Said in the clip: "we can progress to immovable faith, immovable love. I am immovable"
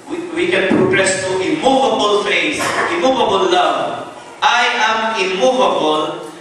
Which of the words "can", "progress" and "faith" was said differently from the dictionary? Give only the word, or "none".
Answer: faith